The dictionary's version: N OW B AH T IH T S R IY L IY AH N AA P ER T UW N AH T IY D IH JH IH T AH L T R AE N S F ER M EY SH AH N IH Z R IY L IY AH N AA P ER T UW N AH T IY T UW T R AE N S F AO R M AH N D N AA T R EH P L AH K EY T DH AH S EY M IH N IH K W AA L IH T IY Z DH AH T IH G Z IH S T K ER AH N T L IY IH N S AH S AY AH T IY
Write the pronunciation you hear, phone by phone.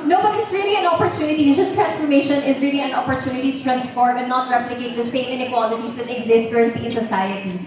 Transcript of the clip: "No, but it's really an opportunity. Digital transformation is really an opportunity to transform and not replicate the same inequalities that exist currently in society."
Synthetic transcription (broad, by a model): N OW B AH T IH T S R IY L IY AH N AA P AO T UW N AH T IY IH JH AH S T R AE N S F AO M EY SH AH N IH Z R IY L IY AH N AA P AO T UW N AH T IY T UW T R AE N S F AO R M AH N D N AA T R EH P L AH K EY T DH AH S EY M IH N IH K W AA L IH T IY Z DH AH T IH G Z IH S T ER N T IY IH N S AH S AY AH T IY